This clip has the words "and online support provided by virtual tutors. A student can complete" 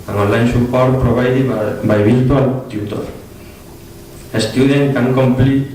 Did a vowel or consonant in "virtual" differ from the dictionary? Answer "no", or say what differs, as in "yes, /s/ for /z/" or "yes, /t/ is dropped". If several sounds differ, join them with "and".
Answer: yes, /b/ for /v/